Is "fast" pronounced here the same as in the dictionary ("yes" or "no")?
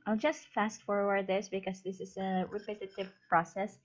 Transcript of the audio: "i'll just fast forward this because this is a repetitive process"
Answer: yes